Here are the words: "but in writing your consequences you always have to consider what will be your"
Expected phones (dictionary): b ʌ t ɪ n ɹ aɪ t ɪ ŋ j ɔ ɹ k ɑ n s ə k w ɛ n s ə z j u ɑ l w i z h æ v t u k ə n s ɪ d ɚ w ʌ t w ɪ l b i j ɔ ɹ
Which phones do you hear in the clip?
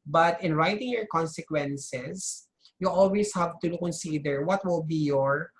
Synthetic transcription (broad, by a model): b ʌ t ɪ n ɹ aɪ t ɪ ŋ j ɔ ɹ k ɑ n s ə k w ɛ n s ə s j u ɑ l w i s h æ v t u k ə n s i d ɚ w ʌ t w ɪ l b i j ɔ ɹ